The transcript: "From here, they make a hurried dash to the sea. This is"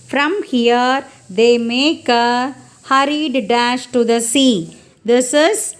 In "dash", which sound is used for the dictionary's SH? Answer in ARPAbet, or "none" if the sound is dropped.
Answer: SH